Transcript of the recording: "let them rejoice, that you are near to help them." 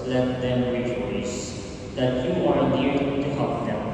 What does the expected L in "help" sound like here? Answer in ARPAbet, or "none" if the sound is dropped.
none